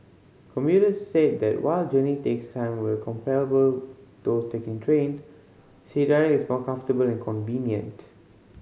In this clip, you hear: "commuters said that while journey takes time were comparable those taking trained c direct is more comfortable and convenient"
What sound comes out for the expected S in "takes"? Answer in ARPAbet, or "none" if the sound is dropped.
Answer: S